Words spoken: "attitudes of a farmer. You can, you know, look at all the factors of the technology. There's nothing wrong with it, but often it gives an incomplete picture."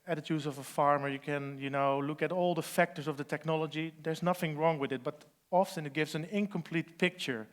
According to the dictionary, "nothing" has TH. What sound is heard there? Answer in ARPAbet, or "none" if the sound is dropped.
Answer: TH